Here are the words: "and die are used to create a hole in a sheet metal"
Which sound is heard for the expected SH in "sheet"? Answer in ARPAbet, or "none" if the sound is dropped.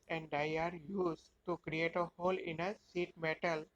S